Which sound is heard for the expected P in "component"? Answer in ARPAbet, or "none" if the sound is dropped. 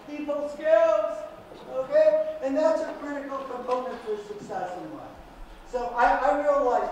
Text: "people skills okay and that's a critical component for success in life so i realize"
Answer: none